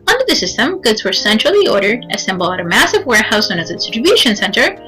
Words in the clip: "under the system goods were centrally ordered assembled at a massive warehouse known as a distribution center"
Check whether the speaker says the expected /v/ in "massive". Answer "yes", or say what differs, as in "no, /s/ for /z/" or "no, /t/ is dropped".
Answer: yes